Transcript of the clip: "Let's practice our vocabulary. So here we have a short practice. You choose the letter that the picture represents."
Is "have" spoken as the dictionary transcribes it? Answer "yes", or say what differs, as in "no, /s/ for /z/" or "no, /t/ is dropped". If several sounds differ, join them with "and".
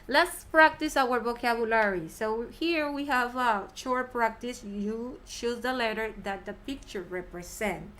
yes